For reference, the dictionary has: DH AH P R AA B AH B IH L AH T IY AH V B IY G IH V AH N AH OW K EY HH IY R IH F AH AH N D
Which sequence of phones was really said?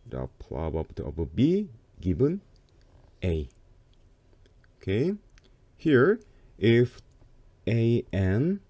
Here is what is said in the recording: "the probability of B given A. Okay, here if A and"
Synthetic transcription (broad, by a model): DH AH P L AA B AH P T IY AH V B IY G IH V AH N AH OW K EY HH IY R IH F AH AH N